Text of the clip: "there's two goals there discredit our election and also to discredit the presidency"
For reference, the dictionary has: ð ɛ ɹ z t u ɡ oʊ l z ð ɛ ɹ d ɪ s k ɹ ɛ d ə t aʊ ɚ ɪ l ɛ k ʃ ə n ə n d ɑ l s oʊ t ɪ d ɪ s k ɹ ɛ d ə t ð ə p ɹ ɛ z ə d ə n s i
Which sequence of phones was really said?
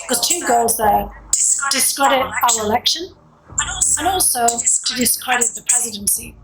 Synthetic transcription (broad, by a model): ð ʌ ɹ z t u ɡ oʊ l z ð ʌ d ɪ s k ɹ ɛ d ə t aʊ ɚ ɪ l ɛ k ʃ ə n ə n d ɑ l s oʊ t ɪ d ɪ s k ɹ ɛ d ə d ð ə p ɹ ɛ z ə d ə n s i